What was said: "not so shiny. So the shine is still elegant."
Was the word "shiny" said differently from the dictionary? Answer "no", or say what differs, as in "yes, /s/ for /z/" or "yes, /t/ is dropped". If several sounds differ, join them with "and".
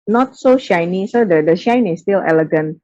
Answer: no